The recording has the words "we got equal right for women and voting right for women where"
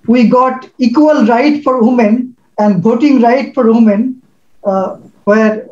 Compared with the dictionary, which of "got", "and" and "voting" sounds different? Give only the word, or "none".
voting